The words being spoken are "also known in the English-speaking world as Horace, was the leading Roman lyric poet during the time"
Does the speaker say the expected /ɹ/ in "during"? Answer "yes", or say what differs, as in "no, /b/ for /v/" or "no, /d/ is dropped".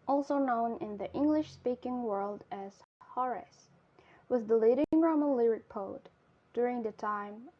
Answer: yes